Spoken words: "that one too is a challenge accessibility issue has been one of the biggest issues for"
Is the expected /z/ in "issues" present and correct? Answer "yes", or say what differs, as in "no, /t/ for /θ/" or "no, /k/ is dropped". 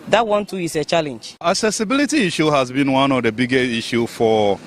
no, /z/ is dropped